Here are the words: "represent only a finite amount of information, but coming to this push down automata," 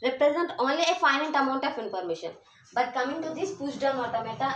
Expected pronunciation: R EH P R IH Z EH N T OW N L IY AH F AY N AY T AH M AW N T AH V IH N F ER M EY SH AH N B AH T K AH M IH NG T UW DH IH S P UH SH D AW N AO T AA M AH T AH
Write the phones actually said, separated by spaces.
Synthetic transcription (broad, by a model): R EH P R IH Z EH N T OW N L IY AH F AY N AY T AH M AW N T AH F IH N P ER M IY SH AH N B AH T K AH M IH NG T UW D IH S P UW S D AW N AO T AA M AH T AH